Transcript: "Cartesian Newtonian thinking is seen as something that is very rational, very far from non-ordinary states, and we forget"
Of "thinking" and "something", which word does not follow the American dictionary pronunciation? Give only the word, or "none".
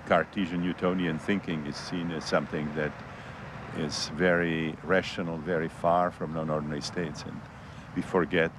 none